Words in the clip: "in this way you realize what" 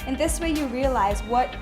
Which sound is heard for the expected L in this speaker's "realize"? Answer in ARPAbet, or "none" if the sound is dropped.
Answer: L